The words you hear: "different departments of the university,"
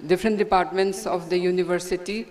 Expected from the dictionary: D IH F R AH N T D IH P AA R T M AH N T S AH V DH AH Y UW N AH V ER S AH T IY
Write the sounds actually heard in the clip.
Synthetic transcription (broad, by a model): D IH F R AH N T D IH P AA R T M AH N T S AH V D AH Y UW N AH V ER S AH T IY